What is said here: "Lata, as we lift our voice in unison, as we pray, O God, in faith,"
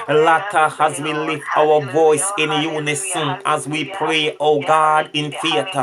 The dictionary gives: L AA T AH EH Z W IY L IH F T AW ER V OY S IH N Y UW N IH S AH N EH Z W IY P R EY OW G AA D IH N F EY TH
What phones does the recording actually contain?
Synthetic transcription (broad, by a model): L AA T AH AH Z W IY L IH F T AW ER V OY S IH N Y UW N IH S AH N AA Z W IY P R EY OW G AA D IH N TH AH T